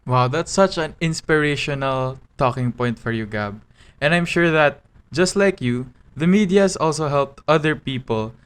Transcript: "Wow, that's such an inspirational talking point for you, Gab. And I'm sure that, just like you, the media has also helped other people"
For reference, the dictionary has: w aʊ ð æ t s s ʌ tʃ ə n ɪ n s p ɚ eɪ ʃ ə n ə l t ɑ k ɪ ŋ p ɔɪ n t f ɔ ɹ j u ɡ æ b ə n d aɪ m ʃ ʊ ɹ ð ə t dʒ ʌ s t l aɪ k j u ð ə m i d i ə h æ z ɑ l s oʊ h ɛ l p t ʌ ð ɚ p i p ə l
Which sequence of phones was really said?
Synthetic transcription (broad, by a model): w aʊ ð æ t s s ʌ tʃ ə n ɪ n s p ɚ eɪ ʃ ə n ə l t ɑ k ɪ ŋ p ɔɪ n t f ɔ ɹ j u ɡ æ b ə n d aɪ m ʃ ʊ ɹ ð ə t dʒ ʌ s t l aɪ k j u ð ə m i d i ə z ɑ l s oʊ h ɛ l p t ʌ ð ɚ p i p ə l